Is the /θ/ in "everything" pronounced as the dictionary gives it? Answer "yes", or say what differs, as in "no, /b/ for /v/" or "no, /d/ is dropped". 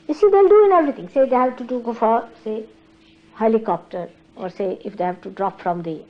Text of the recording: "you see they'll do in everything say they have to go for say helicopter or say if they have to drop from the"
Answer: no, /t/ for /θ/